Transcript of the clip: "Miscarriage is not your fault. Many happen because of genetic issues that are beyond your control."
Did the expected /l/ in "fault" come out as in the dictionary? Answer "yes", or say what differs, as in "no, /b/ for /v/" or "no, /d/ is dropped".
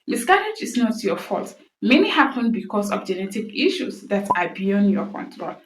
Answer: yes